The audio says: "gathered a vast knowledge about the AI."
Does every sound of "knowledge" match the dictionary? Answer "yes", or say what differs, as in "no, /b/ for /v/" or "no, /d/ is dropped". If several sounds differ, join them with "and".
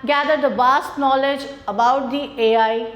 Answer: yes